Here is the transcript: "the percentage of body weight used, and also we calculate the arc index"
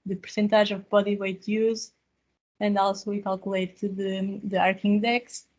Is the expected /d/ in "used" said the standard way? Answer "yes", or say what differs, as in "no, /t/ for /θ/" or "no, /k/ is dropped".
no, /d/ is dropped